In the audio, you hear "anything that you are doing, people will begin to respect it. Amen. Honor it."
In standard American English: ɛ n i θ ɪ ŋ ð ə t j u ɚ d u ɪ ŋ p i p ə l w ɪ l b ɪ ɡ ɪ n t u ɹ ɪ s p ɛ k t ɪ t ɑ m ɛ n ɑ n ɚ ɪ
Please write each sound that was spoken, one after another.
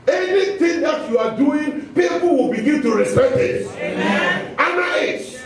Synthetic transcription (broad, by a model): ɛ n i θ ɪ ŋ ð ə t j u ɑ d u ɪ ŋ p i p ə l w ɪ l b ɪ ɡ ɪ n t u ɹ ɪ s ɛ t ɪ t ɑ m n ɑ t